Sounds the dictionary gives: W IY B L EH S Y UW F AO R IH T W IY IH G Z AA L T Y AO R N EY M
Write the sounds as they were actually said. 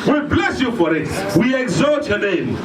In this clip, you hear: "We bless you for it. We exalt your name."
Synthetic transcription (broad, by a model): W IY B L EH S Y UW F AO R IH T W IY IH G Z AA T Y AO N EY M